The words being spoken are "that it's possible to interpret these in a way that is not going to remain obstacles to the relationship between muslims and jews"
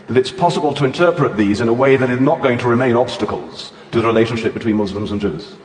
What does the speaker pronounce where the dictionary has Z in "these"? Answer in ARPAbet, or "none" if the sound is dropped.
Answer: Z